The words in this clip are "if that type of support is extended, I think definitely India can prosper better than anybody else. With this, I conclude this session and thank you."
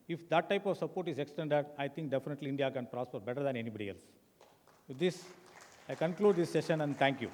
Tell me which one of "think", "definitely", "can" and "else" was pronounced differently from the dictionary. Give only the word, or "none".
think